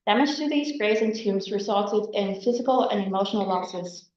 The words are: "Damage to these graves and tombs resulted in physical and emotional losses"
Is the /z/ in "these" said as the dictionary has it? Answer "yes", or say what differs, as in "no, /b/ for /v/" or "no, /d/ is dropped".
yes